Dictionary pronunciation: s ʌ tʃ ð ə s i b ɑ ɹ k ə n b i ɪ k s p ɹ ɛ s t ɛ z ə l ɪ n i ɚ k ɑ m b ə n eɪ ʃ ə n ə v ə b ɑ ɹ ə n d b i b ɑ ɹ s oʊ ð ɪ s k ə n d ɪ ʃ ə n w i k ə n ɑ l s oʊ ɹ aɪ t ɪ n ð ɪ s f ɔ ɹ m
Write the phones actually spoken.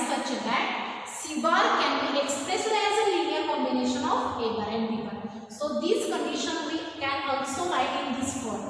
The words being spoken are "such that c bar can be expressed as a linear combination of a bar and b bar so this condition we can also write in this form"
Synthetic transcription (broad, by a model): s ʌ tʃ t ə s i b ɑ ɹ k ə n b i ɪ k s p ɹ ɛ s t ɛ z ə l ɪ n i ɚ k ɑ m b ə n eɪ ʃ ə n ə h ə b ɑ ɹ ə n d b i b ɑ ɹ s oʊ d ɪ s k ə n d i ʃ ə n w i k ə n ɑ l s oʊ l aɪ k ɪ n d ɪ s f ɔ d